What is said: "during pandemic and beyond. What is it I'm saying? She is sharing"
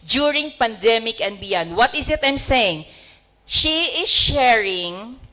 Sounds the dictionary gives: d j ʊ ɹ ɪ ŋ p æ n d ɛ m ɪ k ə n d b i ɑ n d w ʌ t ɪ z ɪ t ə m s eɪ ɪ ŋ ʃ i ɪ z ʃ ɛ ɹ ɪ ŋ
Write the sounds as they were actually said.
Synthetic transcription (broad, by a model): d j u ɹ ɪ ŋ p æ n d ɛ m ɪ k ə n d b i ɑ n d w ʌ t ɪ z ɪ t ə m s eɪ ɪ ŋ ʃ i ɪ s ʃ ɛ ɹ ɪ ŋ